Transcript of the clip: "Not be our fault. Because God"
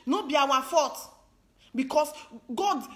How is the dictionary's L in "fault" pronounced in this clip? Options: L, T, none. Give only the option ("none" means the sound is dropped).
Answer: none